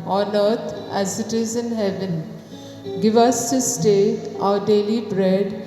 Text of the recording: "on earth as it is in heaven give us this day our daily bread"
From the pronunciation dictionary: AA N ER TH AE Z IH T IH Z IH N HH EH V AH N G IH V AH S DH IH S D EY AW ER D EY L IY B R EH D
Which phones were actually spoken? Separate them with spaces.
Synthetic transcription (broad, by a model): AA N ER T AE Z IH T IH Z IH N HH EH V AH N G IH V AH S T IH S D EY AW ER D EY L IY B R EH D